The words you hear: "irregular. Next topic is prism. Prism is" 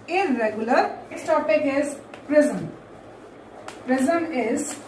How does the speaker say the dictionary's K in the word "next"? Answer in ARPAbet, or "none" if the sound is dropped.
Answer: none